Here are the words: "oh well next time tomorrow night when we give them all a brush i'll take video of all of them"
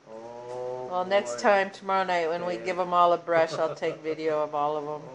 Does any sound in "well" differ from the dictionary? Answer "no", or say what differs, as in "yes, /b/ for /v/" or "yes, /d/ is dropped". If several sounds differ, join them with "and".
no